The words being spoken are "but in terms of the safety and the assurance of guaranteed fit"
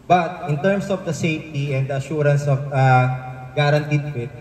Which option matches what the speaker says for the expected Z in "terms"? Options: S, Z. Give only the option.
S